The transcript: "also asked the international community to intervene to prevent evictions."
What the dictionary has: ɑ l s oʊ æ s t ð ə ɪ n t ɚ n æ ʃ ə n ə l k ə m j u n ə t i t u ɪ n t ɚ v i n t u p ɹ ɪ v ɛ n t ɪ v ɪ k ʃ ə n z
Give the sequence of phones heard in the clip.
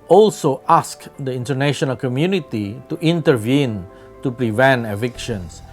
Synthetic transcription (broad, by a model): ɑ l s oʊ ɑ s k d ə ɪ n t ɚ n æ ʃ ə n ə l k ə m j u n ə t i t u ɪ n t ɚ v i n t u p ɹ ɪ v ɛ n t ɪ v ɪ k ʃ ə n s